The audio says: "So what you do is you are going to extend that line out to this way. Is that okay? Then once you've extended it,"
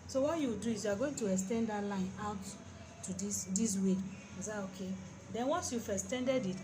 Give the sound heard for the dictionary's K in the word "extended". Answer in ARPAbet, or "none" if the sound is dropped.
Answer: none